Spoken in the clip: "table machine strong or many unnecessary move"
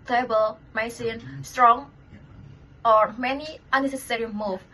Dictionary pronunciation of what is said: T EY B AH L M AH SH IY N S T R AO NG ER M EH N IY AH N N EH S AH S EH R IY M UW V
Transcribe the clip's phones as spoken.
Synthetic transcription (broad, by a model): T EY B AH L M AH S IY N S T R AO NG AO M EH N IY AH N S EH S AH S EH R IY M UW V